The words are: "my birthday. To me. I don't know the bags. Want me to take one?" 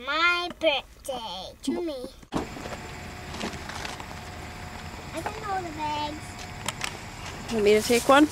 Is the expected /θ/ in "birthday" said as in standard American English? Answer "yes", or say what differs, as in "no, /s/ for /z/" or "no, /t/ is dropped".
no, /t/ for /θ/